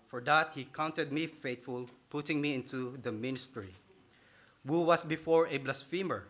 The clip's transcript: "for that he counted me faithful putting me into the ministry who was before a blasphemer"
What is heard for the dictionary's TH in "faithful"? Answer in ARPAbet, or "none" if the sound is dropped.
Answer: T